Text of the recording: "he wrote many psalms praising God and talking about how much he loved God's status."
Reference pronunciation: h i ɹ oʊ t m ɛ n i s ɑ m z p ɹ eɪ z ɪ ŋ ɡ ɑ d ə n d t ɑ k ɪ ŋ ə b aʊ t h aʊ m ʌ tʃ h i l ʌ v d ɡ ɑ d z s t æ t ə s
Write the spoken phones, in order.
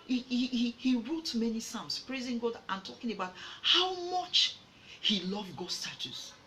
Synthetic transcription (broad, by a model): h i ɹ oʊ t m ɛ n i s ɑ m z p ɹ eɪ z ɪ ŋ ɡ ɑ d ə n t ɑ k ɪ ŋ ə b aʊ t h aʊ m ʌ tʃ h i l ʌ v ɡ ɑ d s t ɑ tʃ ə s